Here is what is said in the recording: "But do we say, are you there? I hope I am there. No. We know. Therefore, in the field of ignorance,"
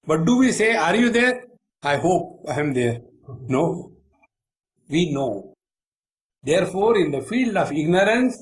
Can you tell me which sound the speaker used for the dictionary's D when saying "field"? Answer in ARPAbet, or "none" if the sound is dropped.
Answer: D